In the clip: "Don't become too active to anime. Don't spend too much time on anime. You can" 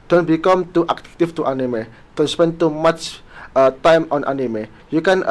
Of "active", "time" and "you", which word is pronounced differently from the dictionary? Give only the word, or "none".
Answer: active